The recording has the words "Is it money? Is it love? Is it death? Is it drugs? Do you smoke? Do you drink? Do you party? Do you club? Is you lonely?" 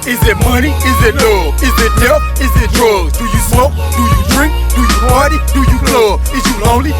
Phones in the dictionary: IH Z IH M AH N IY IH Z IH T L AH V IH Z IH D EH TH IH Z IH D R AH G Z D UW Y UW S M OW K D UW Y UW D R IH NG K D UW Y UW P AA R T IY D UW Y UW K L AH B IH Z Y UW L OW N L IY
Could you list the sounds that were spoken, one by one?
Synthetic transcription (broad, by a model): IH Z IH M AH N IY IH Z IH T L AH IH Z IH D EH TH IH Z IH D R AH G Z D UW Y UW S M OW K D UW Y UW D R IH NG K D UW Y UW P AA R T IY D UW Y UW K L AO IH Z Y UW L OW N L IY